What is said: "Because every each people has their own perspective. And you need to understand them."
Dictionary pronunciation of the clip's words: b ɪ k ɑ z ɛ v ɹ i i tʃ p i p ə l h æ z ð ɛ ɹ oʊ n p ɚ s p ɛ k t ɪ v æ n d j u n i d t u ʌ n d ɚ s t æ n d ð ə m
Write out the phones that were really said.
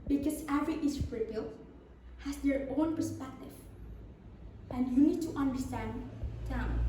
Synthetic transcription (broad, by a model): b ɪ k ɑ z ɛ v ɹ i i s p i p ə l h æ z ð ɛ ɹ oʊ n p ɚ s p ɛ k t ɪ v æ n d j u n i d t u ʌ n d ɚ s t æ n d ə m